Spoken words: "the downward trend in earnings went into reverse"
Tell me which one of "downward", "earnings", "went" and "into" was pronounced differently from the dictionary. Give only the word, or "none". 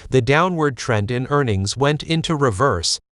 none